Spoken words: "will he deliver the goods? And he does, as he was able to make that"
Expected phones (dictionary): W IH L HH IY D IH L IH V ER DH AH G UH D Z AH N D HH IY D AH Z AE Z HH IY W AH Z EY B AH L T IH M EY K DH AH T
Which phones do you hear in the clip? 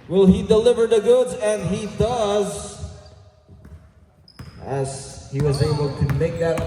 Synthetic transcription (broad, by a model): W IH L HH IY D IH L IH V ER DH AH G UH D Z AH N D HH IY D AH Z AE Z HH IY W AH Z EY B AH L T IH M EY K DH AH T